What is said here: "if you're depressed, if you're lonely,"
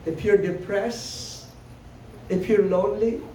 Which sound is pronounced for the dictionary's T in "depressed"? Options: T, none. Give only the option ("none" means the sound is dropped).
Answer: none